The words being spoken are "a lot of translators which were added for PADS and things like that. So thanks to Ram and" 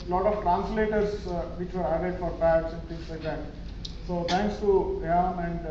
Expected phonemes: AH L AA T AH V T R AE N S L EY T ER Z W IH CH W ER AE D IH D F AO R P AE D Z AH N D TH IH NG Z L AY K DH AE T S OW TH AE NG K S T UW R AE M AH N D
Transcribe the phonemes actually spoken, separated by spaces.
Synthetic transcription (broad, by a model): L AA T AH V T R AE N S L EY T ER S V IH CH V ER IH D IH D F AO R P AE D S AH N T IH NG S L AY K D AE T S OW T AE NG K S T UW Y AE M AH N D